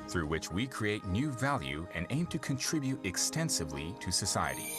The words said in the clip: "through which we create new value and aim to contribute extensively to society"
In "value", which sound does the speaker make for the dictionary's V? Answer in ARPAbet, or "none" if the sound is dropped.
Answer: V